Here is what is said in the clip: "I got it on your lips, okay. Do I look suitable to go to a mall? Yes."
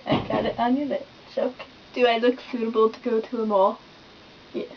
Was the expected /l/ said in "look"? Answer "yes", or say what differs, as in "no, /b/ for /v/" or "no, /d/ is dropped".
yes